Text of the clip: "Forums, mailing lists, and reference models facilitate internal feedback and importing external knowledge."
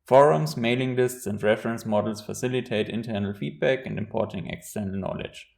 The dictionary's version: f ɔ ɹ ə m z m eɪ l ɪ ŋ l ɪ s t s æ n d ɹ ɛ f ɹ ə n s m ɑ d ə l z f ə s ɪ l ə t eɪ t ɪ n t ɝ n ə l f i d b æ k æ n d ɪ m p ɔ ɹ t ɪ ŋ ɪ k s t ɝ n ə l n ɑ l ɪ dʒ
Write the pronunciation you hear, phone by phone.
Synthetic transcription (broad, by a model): f ɔ ɹ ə m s m eɪ l ɪ ŋ l ɪ s t s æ n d ɹ ɛ f ɹ ə n s m ɑ d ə l s f ə s ɪ l ə t eɪ t ɪ n t ɝ n ə l f i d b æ k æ n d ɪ m p ɔ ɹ t ɪ ŋ ɪ k s t ɝ n ə l n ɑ l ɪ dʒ